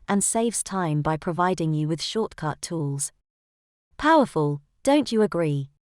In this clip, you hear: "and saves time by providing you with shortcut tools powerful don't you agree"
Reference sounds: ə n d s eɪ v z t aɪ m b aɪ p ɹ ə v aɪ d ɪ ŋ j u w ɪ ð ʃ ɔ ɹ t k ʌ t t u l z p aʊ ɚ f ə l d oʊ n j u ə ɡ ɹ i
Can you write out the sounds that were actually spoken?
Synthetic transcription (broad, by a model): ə n s eɪ v z t aɪ m b aɪ p ɹ ə v aɪ d ɪ ŋ j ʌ w ɪ ð ʃ ɔ t k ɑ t t u l z p aʊ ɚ f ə l d oʊ n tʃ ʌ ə ɡ ɹ i